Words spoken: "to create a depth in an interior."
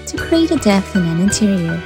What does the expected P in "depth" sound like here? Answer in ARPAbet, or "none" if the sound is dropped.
none